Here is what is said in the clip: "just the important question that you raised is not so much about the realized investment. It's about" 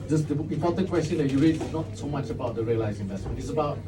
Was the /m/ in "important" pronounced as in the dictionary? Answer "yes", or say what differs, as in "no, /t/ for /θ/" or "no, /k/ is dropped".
no, /m/ is dropped